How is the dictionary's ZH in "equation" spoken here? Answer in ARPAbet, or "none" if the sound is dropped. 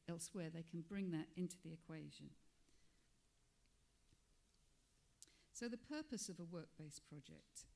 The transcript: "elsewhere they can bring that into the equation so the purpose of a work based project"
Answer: ZH